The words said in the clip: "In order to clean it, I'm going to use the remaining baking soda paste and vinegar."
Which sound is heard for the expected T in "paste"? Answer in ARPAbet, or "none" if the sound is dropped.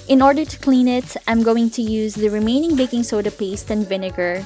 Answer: T